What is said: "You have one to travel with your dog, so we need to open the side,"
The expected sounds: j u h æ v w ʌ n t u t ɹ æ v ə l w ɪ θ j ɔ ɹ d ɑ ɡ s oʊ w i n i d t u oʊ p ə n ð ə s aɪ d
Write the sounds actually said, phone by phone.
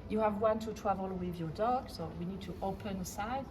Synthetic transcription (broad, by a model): j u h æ v w ʌ n t u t w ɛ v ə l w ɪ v j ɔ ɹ d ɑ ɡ s oʊ w i n i d t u oʊ p ə n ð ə s aɪ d